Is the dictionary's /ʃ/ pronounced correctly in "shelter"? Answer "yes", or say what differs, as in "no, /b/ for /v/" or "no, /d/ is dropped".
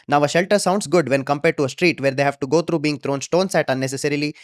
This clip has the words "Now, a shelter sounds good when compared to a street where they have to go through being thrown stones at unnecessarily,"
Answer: yes